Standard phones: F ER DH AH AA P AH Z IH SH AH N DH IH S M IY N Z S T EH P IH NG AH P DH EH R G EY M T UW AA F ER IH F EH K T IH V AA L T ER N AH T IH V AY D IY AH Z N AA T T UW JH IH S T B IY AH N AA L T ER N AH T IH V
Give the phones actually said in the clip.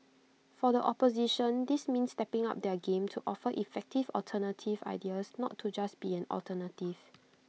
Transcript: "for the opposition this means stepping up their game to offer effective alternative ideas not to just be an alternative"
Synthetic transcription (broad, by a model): F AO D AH AA P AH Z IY SH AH N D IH S M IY N S T EH P IH NG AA P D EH G EY M T UW AA F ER IH F EH K T IH V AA L T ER N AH T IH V AY D IY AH S N AA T T UW JH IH S B IY AH N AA L T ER N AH T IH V